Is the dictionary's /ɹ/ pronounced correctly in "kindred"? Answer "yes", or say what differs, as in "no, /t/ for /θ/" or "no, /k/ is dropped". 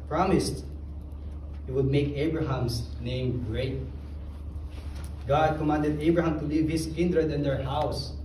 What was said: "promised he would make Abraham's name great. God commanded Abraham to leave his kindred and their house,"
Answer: yes